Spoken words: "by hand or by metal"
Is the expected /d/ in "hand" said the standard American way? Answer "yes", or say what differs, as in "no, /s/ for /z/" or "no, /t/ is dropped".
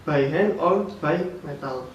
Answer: no, /d/ is dropped